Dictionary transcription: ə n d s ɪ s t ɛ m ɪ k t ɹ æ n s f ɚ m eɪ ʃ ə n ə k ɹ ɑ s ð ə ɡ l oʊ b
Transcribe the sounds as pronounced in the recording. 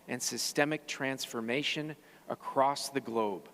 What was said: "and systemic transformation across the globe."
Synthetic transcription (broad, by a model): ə n s ɪ s t ɛ m ɪ k t ɹ æ n s f ɚ m eɪ ʃ ə n ə k ɹ ɑ s ð ə ɡ l oʊ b